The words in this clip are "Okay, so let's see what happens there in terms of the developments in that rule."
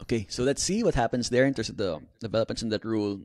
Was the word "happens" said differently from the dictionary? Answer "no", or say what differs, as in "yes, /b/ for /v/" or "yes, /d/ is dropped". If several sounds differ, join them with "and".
yes, /s/ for /z/